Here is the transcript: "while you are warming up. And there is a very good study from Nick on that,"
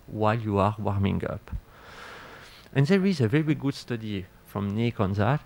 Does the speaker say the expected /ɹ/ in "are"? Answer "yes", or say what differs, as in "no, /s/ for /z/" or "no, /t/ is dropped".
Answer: yes